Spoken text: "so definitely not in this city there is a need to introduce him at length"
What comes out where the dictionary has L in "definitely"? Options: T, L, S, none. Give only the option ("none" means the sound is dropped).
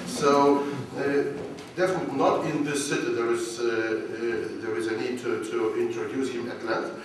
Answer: none